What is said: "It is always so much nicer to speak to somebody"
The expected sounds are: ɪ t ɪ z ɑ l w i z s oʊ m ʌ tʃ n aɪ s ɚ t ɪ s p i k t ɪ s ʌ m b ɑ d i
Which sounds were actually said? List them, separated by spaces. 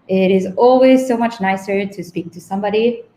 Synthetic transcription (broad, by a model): ɪ t ɪ z ɑ l w i z s oʊ m ʌ tʃ n aɪ s ɚ t ɪ s p i k t ɪ s ʌ m b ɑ d i